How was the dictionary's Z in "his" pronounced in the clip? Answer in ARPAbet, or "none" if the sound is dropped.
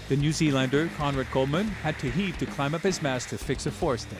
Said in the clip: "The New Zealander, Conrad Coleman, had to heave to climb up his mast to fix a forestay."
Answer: Z